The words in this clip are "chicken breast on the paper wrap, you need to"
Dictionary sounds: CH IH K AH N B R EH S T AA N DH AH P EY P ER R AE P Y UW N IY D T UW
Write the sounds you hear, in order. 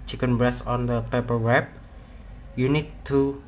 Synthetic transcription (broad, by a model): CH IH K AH N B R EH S AA N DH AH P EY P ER W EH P Y UW N IY D T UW